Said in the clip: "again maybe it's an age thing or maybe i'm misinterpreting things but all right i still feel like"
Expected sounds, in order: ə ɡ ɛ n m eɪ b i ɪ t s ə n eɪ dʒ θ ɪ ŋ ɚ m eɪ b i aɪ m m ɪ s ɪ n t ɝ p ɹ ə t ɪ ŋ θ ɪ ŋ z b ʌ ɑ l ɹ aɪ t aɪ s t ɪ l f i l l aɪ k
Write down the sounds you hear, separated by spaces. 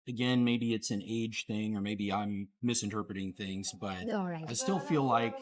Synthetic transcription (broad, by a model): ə ɡ ɛ n m eɪ b i ɪ t s ə n eɪ dʒ θ ɪ ŋ ɚ m eɪ b i aɪ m m ɪ s ɪ n t ɝ p ɹ ə t ɪ ŋ θ ɪ ŋ z b ʌ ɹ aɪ t aɪ s t ɪ l f i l l aɪ k